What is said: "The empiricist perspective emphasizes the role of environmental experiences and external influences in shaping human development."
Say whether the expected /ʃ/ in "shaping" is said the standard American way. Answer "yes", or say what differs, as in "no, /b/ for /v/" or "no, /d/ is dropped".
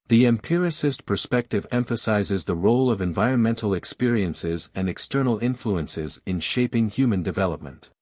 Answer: yes